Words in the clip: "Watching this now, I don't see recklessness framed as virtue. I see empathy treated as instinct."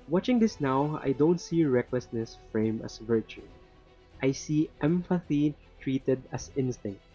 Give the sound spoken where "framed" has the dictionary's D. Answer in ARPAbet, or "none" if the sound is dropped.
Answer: none